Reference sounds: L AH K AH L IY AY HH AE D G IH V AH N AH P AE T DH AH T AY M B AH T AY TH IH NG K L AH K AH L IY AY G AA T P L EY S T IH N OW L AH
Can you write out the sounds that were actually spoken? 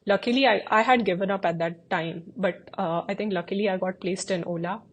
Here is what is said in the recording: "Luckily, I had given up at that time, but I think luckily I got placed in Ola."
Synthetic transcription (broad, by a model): L AH K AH L IY AY HH AE D G IH V AH N AH P AE T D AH T AY M B AH T AY T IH NG K L AH K AH L IY AY G AA T P L EY S T IH N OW L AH